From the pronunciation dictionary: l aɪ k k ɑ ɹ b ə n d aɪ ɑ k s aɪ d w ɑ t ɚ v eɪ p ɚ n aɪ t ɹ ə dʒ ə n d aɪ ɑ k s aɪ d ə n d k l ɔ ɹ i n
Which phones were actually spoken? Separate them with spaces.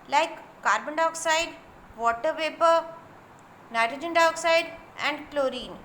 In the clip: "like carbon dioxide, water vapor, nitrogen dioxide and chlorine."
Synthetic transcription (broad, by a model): l aɪ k k ɑ ɹ b ə n d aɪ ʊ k s aɪ d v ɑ t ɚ p eɪ p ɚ n aɪ t ɹ ə dʒ ə n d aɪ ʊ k s aɪ d ə n d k l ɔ ɹ i n